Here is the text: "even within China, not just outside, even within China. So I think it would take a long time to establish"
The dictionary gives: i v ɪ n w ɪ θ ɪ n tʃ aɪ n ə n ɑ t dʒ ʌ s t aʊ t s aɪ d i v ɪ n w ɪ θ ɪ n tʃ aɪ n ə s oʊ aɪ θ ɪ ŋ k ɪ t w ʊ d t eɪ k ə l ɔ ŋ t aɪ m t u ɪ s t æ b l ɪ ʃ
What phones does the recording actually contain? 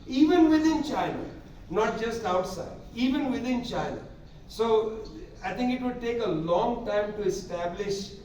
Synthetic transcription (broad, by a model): i v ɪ n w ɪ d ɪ n tʃ aɪ n ə n ɑ t dʒ ʌ s t aʊ t s aɪ d i v ɪ n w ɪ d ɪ n tʃ aɪ n ə s oʊ aɪ t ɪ ŋ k ɪ t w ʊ d t eɪ k ə l ɔ ŋ t aɪ m t u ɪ s t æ b l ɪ ʃ